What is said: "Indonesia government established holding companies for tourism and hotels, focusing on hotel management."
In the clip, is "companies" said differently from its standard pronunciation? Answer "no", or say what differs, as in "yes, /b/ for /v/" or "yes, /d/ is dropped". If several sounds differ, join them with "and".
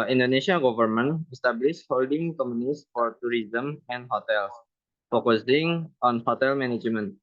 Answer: yes, /p/ is dropped and /s/ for /z/